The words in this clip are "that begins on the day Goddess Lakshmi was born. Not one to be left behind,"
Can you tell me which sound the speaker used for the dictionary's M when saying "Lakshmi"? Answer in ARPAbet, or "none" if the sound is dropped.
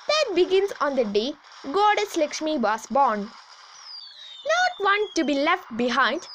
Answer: M